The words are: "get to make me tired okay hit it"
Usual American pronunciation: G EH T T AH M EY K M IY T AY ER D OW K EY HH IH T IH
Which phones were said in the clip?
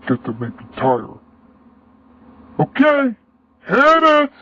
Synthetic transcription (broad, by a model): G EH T T AH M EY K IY T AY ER OW K EY HH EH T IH